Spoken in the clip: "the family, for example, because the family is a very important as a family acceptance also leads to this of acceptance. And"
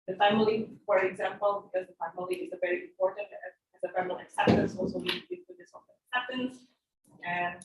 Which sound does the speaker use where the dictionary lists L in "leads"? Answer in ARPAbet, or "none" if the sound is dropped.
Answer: W